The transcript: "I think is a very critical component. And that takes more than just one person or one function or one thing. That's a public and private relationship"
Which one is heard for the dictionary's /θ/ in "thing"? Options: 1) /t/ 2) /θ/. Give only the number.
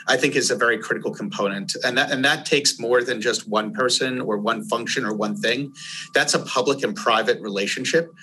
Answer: 2